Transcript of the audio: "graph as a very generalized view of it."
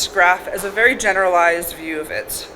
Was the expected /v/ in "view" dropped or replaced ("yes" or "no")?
no